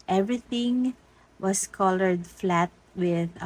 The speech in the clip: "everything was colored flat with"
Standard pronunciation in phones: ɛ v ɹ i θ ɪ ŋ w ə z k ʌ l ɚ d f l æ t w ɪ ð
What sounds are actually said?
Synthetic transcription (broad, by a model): ɛ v ɹ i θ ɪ ŋ w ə s k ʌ l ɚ d f l æ t w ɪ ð